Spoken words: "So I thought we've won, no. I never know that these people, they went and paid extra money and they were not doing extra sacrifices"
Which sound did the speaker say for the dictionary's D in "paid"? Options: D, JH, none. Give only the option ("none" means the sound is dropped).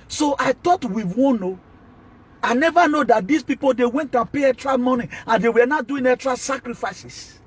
none